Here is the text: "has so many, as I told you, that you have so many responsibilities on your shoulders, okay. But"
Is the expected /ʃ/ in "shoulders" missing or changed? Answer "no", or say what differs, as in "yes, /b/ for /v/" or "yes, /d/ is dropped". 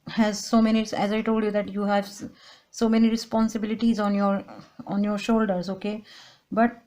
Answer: no